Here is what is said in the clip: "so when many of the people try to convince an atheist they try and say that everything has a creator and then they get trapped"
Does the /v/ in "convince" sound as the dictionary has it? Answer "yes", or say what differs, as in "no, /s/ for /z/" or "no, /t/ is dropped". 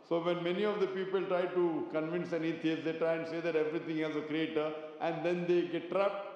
yes